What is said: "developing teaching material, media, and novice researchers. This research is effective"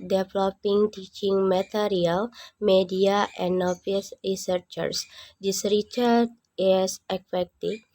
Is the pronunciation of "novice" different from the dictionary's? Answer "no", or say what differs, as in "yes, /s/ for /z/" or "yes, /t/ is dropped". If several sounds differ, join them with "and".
yes, /f/ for /v/